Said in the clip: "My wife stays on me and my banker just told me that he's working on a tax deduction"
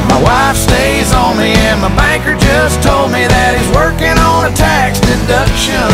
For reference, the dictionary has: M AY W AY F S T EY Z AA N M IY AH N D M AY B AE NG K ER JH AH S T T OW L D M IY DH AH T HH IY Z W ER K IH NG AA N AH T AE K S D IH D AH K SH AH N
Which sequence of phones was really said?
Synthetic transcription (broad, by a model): M AY W AY F S T EY Z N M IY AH N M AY B AE NG K ER JH AH S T T OW L D M IY DH AH T HH IY Z W ER K IH NG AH N AH T AE K S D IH D AH K SH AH N